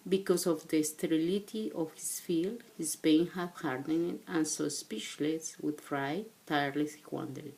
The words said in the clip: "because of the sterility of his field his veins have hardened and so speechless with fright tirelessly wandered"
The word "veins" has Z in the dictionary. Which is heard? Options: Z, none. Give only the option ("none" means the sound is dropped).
none